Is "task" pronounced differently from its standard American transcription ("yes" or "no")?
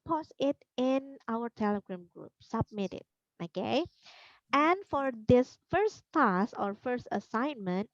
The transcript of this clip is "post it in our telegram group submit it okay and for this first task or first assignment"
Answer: yes